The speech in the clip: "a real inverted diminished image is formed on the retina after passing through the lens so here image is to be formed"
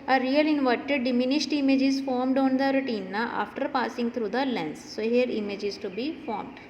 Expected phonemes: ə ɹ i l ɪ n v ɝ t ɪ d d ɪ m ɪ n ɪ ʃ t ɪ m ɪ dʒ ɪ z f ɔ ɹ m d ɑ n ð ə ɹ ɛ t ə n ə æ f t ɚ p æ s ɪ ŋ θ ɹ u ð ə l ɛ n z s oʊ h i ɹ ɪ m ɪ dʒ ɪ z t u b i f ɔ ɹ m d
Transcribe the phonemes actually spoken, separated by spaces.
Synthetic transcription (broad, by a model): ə ɹ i l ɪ n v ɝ t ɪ d d ɪ m ɪ n ɪ ʃ t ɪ m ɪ dʒ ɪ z f ɔ ɹ m d ɑ n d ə ɹ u t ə n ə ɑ f t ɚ p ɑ s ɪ ŋ t ɹ u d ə l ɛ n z s oʊ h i ɹ ɪ m ɪ dʒ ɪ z t u b i f ɔ ɹ m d